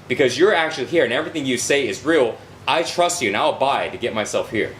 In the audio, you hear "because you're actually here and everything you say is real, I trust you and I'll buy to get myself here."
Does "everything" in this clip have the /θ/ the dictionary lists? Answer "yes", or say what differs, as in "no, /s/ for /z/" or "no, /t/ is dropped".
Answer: yes